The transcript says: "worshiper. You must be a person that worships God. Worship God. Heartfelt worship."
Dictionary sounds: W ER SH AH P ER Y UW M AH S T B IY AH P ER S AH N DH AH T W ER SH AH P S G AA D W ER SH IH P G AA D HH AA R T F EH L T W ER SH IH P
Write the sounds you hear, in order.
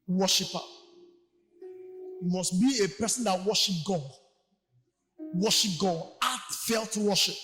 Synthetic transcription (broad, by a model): W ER SH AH P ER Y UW M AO S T B IY AH P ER S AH N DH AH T W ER SH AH P G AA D W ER SH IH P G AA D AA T F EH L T W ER SH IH P